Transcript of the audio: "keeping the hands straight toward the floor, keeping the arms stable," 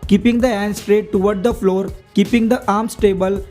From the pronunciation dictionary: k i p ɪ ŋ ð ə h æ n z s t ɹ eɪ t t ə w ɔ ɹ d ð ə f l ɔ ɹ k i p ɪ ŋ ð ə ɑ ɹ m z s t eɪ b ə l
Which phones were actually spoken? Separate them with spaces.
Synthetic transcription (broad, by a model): k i p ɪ ŋ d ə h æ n s t ɹ eɪ t t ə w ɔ ɹ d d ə f l ɔ ɹ k i p ɪ ŋ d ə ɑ ɹ m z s t eɪ b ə l